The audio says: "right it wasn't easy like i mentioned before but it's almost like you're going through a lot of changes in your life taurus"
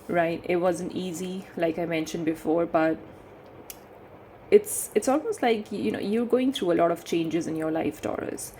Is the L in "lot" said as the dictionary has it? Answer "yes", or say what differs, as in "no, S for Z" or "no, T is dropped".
yes